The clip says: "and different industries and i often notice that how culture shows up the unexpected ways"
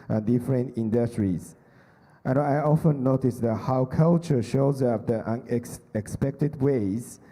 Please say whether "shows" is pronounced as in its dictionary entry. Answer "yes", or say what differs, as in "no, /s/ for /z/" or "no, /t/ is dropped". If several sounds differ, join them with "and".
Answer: yes